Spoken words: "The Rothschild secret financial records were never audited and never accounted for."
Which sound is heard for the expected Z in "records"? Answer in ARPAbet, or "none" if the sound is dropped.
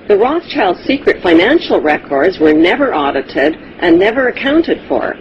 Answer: Z